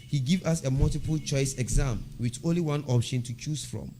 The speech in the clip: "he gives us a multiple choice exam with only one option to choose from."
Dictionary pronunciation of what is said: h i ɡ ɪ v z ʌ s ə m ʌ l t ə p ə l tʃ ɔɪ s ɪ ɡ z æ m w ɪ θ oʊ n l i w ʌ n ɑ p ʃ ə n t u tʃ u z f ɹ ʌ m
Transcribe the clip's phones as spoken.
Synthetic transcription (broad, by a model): h i ɡ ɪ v ʌ s ə m ʌ l t ə p ə l tʃ ɔɪ s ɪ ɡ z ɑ m w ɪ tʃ oʊ n l i w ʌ n ɑ p ʃ ə n t u tʃ u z f ɹ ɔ m